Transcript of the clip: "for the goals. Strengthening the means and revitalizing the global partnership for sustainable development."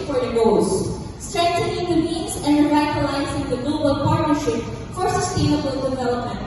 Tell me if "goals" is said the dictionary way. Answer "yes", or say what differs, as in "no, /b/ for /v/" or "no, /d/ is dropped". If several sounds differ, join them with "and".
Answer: no, /l/ is dropped